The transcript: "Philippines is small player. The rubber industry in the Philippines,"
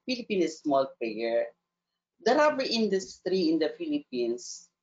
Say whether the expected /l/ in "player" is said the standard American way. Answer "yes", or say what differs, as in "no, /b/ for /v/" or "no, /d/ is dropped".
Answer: no, /l/ is dropped